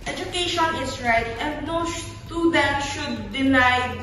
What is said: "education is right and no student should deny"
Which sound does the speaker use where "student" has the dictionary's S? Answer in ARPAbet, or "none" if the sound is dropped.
SH